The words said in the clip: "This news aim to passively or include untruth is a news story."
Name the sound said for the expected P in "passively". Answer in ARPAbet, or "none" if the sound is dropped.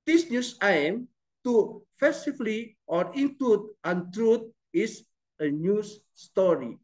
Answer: F